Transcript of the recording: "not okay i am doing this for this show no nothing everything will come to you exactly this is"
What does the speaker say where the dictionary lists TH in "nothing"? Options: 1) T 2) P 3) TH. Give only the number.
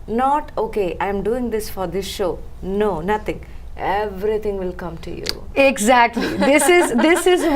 1